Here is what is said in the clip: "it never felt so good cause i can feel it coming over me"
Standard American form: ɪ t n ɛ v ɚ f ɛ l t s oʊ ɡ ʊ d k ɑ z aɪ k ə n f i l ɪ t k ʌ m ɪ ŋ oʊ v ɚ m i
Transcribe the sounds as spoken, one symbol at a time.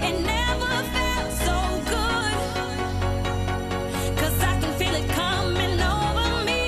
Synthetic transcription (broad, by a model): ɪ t n ɛ v ɚ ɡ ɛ t s oʊ ɡ ʊ d k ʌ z aɪ k ə n f i l ɪ t k ʌ m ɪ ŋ oʊ v ɚ m i